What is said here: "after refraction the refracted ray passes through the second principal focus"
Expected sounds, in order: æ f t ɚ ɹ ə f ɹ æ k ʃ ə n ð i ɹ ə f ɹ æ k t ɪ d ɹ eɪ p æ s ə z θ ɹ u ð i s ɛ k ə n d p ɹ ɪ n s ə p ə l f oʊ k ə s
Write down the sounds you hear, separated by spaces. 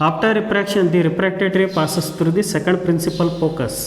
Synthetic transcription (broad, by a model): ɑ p t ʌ ɹ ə p ɹ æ k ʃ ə n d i ɹ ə p ɹ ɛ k t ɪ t ɹ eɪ p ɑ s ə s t ɹ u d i s ɛ k ə n d p ɹ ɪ n s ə p ə l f oʊ k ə s